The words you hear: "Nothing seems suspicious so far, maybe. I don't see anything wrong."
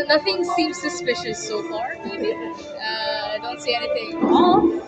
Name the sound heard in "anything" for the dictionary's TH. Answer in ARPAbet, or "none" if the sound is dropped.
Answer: T